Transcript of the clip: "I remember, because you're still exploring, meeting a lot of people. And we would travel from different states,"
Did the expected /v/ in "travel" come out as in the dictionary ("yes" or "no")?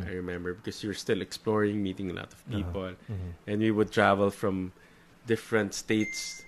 yes